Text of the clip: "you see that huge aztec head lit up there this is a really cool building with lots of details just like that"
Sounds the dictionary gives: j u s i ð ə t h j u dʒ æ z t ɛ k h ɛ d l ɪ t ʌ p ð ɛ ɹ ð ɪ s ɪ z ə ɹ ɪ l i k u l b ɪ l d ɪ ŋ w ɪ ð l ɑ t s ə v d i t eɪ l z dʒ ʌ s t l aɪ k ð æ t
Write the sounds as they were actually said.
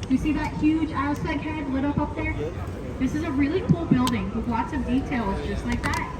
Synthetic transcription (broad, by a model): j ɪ s i ð ə t h j u dʒ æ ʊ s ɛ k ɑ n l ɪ t ʌ p ð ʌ ɹ ð ɪ s ɪ z ə ɹ ɪ l i k u l b ɪ l d ɪ ŋ w ɪ ð l ɑ t s ə v d i t eɪ l z dʒ ʌ s t l aɪ k ð æ t